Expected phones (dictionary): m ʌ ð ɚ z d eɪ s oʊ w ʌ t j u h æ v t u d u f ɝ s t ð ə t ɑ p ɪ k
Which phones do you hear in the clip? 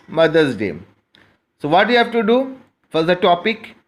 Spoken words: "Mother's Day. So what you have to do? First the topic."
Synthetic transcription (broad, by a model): m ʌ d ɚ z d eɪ s oʊ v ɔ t j u h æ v t u d u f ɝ t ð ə t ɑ p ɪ k